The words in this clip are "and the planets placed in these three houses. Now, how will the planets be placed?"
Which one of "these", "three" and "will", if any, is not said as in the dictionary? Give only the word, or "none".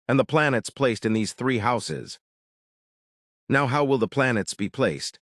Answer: none